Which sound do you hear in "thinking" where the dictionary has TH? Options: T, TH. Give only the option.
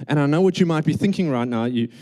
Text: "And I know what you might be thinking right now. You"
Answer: TH